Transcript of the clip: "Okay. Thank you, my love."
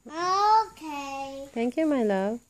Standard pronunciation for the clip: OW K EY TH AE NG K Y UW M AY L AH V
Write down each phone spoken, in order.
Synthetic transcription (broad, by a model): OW K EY T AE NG K Y UW M AY L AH